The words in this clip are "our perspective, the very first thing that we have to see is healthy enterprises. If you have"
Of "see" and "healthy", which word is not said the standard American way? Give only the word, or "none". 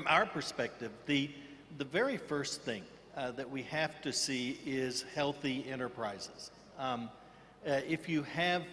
none